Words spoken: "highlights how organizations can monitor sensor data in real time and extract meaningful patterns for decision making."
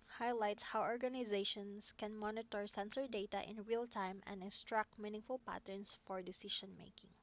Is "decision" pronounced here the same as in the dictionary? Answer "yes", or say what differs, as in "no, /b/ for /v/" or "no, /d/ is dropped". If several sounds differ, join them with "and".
no, /ʃ/ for /ʒ/